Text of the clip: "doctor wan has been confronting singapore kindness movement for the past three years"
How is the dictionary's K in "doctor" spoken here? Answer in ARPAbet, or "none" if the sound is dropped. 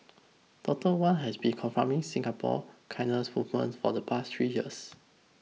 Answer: none